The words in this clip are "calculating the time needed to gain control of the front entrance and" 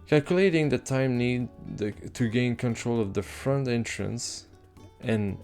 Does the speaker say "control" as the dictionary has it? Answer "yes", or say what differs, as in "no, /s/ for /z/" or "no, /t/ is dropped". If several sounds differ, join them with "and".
yes